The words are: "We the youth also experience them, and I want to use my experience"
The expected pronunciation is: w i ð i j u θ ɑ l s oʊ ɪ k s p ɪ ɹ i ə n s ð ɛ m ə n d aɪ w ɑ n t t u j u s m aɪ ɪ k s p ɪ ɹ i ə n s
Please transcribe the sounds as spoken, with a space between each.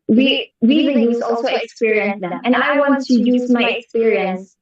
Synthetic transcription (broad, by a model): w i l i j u s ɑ l s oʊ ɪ k s p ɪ ɹ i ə n s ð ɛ m ə n d aɪ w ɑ n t t u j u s m aɪ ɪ k s p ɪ ɹ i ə n s